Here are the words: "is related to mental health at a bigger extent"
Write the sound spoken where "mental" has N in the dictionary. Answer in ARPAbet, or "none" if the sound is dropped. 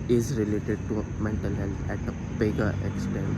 N